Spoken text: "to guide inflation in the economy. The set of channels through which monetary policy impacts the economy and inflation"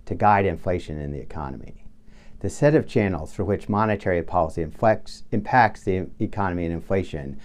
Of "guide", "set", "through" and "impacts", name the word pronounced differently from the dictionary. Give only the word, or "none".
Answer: through